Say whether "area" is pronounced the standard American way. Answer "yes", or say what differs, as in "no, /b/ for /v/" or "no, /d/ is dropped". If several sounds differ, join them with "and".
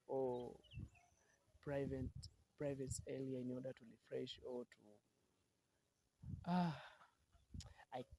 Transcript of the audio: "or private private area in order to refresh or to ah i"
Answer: no, /l/ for /ɹ/